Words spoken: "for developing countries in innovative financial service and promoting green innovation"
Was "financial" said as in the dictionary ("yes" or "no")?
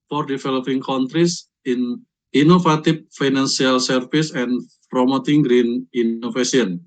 no